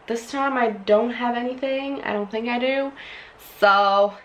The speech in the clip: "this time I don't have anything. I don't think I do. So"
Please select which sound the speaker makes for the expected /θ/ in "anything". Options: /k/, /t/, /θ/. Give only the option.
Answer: /θ/